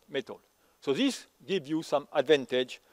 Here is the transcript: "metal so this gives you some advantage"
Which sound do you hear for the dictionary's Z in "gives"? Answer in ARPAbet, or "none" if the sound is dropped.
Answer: none